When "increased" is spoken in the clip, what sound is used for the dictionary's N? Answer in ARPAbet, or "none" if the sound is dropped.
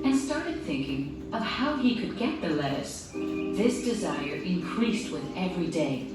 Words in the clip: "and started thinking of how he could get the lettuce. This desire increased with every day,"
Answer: N